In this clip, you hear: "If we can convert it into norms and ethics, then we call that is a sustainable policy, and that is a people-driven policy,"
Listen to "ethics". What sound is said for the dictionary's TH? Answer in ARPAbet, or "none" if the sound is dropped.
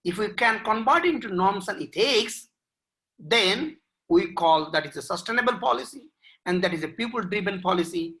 T